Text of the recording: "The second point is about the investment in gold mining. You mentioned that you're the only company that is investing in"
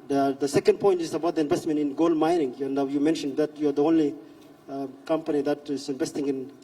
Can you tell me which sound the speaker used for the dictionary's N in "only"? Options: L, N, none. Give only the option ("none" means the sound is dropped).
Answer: N